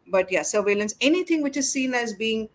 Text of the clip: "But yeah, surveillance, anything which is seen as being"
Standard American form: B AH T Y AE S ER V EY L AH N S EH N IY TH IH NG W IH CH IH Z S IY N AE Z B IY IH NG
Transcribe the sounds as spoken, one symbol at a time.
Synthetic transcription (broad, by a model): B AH T Y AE S ER V EY L AH N S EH N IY T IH NG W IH CH IH Z S IY N AE Z B IY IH NG